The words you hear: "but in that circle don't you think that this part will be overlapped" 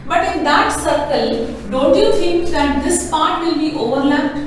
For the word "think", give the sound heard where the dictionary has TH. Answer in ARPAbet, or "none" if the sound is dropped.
F